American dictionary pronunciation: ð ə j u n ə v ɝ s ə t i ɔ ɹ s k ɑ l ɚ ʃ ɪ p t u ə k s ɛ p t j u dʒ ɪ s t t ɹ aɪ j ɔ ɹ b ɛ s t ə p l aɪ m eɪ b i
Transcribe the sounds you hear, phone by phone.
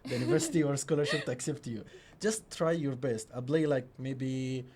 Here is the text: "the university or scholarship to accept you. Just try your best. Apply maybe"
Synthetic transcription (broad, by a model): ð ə j u n ə v ɝ s ə t i ɔ ɹ s k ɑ l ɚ ʃ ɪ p t u ə k s ɛ p t j u dʒ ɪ s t t ɹ aɪ j ɔ ɹ b ɛ s t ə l l aɪ m eɪ b i